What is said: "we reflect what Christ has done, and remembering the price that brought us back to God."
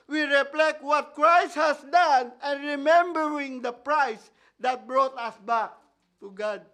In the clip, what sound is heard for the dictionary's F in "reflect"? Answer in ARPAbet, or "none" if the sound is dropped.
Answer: P